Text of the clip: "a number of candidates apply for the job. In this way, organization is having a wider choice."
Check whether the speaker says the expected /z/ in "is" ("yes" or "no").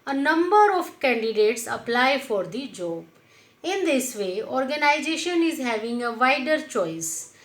yes